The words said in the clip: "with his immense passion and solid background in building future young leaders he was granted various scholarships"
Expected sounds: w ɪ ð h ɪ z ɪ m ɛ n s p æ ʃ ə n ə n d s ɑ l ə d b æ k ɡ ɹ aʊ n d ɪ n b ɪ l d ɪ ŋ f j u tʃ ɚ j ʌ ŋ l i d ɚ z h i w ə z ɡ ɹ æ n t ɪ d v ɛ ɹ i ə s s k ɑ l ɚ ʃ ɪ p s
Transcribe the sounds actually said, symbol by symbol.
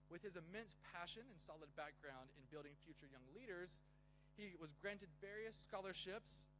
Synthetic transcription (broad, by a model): w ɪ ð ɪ z ɪ m ɛ n s p æ ʃ ə n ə n s ɑ l ə d b æ k ɡ ɹ aʊ n d ɪ n b ɪ l d ɪ ŋ f j u tʃ ɚ j ʌ ŋ l i d ɚ z h i w ə z ɡ ɹ æ n t ɪ d v ɛ ɹ i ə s s k ɑ l ɚ ʃ ɪ p s